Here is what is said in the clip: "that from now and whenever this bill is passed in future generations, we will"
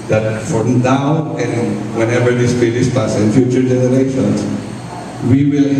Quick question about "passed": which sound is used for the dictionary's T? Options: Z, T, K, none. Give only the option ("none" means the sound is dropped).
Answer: none